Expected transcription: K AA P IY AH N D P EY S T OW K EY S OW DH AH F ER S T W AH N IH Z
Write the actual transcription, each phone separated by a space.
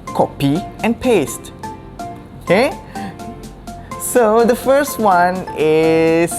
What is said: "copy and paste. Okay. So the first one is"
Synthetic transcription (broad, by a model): K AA P IY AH N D P EY S T OW K EY S OW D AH F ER S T W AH N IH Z